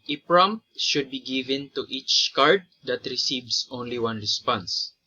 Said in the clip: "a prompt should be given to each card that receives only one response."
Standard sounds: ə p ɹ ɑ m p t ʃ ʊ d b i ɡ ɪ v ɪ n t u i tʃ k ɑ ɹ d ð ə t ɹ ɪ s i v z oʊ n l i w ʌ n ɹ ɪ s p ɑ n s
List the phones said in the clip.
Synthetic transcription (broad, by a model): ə p ɹ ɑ m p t ʃ ʊ d b i ɡ ɪ v ɪ n t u i tʃ k ɑ ɹ d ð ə t ɹ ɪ s i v s oʊ n l i w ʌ n ɹ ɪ s p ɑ n s